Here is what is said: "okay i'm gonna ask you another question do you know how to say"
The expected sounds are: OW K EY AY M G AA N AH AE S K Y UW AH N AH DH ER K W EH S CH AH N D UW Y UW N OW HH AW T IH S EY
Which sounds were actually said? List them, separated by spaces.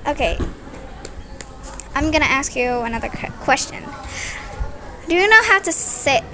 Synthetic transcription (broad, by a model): OW K EY AY M G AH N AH AE S K Y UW AH N AH DH ER K W EH S CH AH N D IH Y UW N OW HH AW T IH S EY